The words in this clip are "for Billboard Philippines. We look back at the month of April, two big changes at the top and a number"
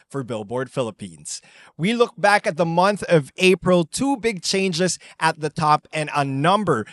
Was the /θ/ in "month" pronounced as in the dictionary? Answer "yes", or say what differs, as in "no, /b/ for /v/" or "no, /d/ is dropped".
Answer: yes